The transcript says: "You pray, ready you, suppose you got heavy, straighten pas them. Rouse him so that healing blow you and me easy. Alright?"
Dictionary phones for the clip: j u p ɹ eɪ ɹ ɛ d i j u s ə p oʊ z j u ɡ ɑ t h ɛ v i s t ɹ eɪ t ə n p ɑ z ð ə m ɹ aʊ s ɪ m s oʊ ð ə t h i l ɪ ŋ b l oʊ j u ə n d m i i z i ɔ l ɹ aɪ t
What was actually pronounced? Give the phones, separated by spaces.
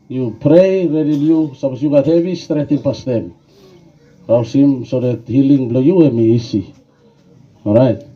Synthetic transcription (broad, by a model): j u p ɹ eɪ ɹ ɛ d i j u s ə p oʊ s j u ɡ ɑ t h ɛ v i s t ɹ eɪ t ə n p ɑ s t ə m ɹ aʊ s ɪ m s oʊ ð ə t h i l ɪ ŋ b l oʊ j u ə m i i s i ɔ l ɹ aɪ t